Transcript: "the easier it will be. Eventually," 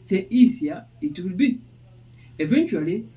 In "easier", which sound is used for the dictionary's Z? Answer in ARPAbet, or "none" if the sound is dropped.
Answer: S